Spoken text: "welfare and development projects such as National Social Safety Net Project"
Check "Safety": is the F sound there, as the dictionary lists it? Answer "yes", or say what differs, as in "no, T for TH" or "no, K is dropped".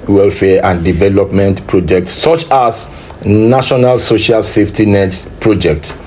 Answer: yes